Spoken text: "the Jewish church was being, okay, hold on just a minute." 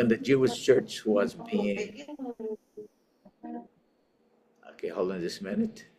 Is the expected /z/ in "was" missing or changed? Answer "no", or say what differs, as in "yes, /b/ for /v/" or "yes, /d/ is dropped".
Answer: no